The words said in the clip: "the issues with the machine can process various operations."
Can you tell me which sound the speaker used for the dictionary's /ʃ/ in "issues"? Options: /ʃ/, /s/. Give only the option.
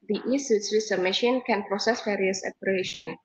/s/